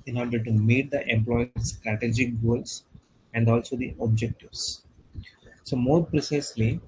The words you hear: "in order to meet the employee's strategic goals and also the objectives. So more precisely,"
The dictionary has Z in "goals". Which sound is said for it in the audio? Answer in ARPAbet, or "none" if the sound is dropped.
S